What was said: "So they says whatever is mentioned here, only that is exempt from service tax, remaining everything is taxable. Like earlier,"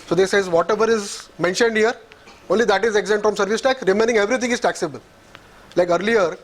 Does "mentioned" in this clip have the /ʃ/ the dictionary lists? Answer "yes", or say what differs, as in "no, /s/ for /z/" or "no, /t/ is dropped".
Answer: yes